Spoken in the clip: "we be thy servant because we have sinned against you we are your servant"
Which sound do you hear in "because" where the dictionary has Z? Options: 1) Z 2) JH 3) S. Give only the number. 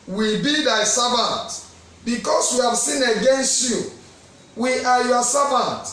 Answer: 3